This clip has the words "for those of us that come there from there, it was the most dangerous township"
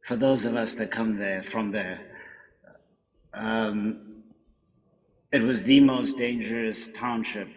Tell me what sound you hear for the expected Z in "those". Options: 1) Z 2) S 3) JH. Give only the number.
1